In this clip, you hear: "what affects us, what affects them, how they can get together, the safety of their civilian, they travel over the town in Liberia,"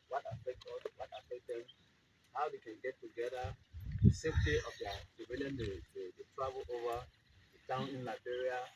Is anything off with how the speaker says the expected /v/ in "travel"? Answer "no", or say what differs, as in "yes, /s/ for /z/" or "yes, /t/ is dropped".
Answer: yes, /b/ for /v/